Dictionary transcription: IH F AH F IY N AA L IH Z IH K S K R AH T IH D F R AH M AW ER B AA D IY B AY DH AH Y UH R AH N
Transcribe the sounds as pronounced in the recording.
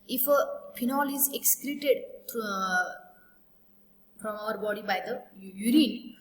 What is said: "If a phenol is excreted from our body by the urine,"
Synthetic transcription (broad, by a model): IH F AH P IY N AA L IH Z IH K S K R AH T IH D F R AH M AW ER B AA D IY B AY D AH Y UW R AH N